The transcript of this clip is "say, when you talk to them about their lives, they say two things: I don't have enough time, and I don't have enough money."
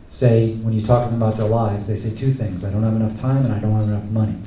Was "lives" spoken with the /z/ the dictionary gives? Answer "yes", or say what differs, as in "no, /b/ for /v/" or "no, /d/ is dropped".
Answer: yes